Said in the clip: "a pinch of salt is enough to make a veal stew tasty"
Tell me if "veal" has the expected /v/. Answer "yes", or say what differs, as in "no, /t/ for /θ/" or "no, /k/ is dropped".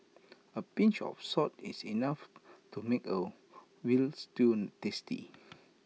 no, /w/ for /v/